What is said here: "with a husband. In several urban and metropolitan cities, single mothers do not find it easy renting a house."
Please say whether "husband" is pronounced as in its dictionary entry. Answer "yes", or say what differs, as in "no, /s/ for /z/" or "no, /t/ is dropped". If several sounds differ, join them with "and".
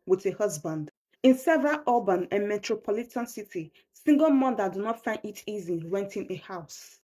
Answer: yes